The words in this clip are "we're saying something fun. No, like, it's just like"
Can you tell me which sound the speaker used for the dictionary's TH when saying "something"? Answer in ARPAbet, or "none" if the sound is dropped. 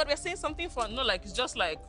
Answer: T